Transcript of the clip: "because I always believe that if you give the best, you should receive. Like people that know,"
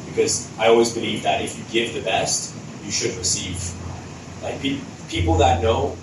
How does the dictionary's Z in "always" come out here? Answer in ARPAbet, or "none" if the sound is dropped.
Z